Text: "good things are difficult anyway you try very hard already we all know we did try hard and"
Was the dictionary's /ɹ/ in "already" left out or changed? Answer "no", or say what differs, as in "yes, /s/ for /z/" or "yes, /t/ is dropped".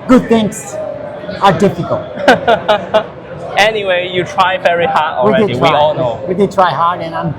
yes, /w/ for /ɹ/